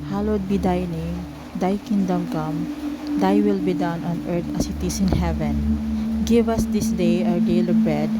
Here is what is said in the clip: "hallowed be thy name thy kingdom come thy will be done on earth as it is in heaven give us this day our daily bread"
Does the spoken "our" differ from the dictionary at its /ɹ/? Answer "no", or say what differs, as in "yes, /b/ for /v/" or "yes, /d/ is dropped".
yes, /w/ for /ɹ/